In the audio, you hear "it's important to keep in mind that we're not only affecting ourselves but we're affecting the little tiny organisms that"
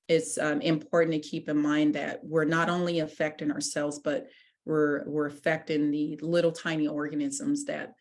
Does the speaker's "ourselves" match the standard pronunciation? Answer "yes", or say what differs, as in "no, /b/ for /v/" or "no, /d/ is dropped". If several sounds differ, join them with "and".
yes